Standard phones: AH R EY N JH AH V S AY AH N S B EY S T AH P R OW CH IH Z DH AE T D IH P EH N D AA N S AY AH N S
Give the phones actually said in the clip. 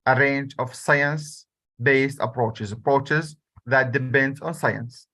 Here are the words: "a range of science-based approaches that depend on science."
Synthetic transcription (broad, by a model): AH R EY N JH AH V S AY AH N S B EY S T AH P R OW CH IH Z DH AE T D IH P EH N D AA N S AY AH N S